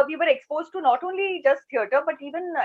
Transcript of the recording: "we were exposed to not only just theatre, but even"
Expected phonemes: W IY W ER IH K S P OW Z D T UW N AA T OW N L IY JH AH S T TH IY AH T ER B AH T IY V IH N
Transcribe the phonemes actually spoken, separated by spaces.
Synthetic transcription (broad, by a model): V IY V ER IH K S P OW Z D T UW N AA T OW N L IY JH AH S T T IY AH T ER B AH T IY V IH N